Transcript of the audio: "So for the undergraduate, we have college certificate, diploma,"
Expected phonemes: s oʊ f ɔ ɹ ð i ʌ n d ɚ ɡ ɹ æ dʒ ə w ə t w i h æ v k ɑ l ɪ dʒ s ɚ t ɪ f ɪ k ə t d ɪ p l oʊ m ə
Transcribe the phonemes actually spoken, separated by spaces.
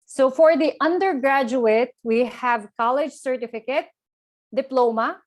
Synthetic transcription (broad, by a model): s oʊ f ɔ ɹ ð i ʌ n d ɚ ɡ ɹ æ dʒ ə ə t w i h æ v k ɑ l ɪ dʒ s ɚ t ɪ f ɪ k ə t d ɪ p l oʊ m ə